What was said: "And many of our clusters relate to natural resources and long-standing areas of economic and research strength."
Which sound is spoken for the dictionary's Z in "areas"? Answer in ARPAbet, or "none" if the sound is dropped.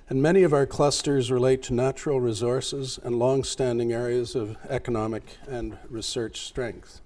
Z